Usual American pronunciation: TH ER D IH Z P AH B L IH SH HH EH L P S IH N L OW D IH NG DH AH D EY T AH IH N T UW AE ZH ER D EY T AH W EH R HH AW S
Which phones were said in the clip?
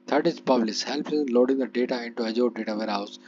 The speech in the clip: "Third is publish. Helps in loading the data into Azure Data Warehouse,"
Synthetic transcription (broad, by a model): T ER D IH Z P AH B L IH S HH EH L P IH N L OW D IH NG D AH D EY T AH IH N T UW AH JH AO D EY T AH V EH R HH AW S